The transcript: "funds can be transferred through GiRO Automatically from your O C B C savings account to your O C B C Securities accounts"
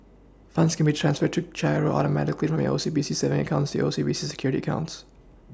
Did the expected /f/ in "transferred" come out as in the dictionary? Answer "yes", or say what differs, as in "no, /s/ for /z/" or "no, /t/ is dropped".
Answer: yes